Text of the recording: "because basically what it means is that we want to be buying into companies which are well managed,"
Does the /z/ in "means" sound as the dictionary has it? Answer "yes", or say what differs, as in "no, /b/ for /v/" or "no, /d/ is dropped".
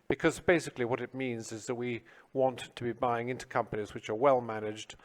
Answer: yes